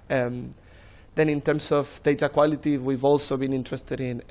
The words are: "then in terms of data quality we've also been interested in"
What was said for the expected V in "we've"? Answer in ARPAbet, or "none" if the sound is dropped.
V